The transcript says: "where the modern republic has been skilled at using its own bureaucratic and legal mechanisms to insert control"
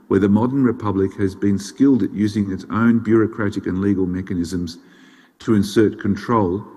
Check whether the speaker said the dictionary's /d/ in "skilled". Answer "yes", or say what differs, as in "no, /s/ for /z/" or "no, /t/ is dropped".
yes